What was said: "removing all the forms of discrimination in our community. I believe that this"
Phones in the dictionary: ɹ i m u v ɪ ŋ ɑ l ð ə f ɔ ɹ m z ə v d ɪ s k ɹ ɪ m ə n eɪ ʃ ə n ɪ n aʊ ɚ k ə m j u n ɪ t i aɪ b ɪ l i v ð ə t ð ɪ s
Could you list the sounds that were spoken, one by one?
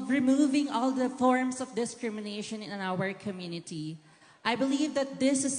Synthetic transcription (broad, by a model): ɹ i m u v ɪ ŋ ɑ l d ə f ɔ ɹ m s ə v d ɪ s k ɹ ɪ m ə n eɪ ʃ ə n ɪ n aʊ ɚ k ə m j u n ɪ t i aɪ b ɪ l i v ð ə t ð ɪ s